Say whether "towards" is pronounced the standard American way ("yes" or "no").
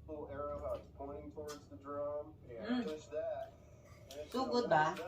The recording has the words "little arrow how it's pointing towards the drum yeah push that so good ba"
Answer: yes